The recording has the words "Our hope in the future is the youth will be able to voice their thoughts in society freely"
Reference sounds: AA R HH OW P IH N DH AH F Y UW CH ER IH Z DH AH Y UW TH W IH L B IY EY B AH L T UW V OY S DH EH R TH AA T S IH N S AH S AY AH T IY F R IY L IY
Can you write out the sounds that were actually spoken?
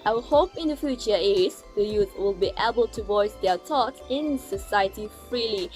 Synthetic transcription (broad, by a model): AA HH OW P IH N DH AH F Y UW CH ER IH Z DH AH Y UW TH W IH L B IY EY B AH L T UW V OY S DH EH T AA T IH N S AH S AY AH T IY F R IY L IY